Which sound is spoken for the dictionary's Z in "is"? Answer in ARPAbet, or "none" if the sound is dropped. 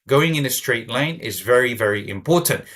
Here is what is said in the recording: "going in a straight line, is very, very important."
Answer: Z